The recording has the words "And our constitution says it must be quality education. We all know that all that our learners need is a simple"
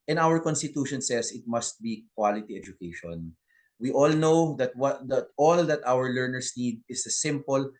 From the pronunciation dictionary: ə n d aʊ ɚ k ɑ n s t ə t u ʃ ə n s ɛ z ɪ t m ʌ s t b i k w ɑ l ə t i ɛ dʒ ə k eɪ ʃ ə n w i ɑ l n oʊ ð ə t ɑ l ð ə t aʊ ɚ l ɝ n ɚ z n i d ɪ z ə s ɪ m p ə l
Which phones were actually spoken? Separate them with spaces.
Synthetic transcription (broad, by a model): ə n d aʊ ɚ k ɑ n s t ə t u ʃ ə n s ɛ s ɪ t m ʌ s t b i k w ɑ l ə t i ɛ dʒ ə k eɪ ʃ ə n w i ɑ l n oʊ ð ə t ɑ l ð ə t aʊ ɚ l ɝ n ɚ s n i d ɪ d ə s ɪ m p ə l